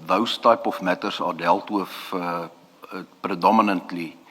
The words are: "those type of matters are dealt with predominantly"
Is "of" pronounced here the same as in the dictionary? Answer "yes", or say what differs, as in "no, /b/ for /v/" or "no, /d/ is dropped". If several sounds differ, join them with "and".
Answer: no, /f/ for /v/